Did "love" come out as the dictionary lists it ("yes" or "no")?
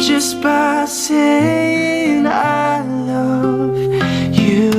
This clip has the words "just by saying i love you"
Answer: yes